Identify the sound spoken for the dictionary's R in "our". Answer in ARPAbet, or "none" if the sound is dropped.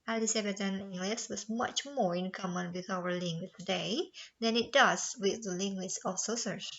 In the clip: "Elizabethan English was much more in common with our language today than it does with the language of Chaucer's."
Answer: W